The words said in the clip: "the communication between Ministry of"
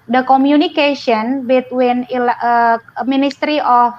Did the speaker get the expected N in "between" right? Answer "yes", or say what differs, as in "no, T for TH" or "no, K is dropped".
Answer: no, L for N